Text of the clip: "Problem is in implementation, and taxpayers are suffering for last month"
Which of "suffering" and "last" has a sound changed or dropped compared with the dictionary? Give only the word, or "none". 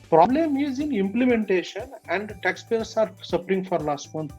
suffering